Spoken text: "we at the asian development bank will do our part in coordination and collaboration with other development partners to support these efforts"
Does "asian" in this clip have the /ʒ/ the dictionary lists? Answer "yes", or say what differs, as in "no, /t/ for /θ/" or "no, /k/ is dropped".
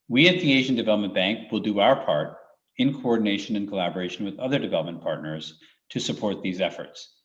yes